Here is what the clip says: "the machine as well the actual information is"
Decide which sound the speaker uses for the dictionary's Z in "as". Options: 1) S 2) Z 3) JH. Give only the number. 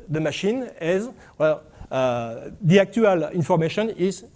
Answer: 2